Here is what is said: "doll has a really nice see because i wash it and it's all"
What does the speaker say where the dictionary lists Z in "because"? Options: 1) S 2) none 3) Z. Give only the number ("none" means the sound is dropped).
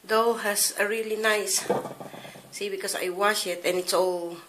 1